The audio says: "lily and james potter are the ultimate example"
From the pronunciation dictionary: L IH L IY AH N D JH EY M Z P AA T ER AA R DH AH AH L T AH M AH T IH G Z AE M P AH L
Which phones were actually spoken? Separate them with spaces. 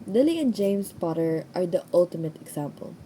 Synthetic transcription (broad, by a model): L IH L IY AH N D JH EY M S P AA T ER AA R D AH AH L T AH M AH T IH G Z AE M P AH L